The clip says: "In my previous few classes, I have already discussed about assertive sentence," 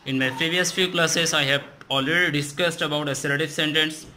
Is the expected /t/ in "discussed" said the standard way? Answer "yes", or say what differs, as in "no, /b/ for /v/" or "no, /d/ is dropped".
yes